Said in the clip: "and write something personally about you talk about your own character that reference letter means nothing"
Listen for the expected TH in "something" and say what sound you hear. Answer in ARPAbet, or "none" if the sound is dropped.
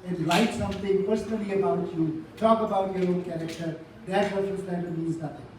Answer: T